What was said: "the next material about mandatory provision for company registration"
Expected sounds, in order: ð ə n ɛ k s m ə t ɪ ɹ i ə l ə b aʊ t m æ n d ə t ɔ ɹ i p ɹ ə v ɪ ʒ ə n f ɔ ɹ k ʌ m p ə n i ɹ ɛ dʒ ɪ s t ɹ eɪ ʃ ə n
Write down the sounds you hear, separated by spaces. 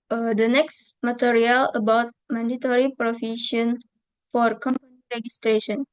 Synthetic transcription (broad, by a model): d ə n ɛ k s m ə t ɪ ɹ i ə l ə b aʊ t m æ n d ə t ɔ ɹ i p ɹ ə f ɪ ʃ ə n f ɔ ɹ k ʌ m p ə n i ɹ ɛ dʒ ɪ s t ɹ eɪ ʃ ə n